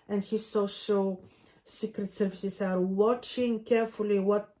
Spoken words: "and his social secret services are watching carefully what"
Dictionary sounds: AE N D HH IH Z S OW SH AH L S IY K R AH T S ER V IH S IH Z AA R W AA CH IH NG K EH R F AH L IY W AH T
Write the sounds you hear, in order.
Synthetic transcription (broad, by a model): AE N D HH IH Z S OW SH AH L S IY K R AH T S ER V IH S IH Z AA R W AA CH IH NG K EH R F AH L IY W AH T